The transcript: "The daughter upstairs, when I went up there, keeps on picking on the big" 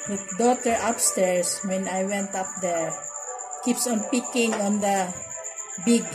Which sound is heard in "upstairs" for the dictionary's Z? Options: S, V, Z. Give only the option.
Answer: S